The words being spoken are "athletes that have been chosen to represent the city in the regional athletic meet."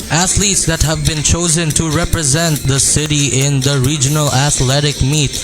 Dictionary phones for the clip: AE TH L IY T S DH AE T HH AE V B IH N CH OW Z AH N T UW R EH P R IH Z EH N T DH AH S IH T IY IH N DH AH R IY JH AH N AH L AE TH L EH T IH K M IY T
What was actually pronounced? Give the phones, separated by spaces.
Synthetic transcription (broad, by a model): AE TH L IY T S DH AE T HH AE V B IH N CH OW Z AH N T UW R EH P R IH Z EH N T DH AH S IH T IY IH N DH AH R IY JH AH N AH L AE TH L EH T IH K M IY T